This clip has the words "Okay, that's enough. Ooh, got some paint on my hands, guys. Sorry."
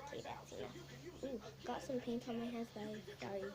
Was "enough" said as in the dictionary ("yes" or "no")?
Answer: no